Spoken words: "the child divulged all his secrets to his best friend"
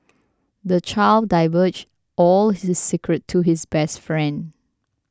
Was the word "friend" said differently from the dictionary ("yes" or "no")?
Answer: no